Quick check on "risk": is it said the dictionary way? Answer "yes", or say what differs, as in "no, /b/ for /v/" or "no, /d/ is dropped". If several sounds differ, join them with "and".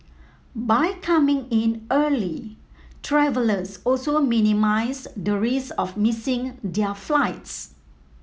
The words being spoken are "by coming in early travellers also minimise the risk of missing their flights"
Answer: no, /k/ is dropped